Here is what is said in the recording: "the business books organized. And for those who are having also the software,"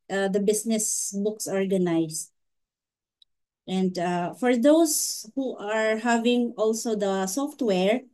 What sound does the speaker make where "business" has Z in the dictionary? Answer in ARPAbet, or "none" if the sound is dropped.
S